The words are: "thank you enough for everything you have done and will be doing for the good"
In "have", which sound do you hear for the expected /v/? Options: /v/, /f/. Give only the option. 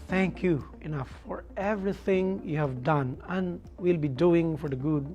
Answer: /v/